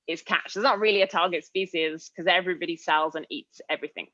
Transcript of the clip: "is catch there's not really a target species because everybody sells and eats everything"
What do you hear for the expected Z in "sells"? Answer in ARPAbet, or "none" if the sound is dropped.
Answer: Z